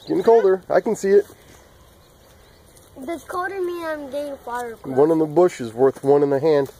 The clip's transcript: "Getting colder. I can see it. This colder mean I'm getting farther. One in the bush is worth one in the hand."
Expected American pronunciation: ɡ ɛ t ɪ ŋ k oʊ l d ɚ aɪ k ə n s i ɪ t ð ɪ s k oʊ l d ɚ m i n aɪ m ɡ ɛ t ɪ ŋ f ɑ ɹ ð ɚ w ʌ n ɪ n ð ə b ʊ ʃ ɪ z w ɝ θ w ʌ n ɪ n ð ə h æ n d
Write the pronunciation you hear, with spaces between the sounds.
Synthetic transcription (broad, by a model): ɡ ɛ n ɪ k oʊ l d ɚ aɪ k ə n s i ɪ t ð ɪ k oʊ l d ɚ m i aɪ m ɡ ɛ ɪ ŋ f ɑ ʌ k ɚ w ʌ n ɪ n ð ə b ʊ ʃ ɪ z w ɝ θ w ʌ n ɪ n ð ə h æ n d